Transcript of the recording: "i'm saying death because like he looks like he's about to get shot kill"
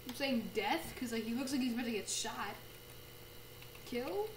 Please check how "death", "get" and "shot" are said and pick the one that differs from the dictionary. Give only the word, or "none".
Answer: none